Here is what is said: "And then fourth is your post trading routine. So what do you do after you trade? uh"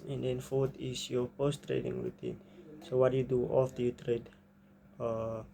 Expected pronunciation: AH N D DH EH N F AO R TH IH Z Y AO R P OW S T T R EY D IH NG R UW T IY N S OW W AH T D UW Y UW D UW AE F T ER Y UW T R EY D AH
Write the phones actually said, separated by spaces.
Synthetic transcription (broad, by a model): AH N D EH N F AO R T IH S Y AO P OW S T T R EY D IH NG R UW T IY N S OW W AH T Y UW D UW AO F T Y UW T R EY D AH